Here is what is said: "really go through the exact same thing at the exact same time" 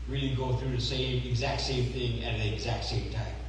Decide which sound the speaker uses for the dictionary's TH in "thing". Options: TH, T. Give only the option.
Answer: TH